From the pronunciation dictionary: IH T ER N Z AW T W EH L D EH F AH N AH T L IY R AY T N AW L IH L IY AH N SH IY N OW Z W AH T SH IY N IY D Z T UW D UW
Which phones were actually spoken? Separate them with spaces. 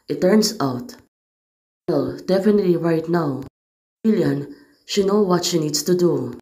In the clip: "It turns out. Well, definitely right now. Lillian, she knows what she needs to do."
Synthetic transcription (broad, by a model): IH T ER N S AW T W EH L D EH F AH N AH T L IY R AY T N AW W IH L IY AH N SH IY N OW W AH T SH IY N IY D S T UW D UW